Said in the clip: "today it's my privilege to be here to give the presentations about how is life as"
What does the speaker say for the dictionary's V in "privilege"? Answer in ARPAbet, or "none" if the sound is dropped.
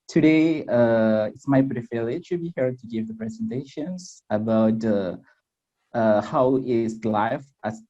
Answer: F